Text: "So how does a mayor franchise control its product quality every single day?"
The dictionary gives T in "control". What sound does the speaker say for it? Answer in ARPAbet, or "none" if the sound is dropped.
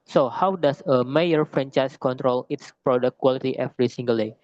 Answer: T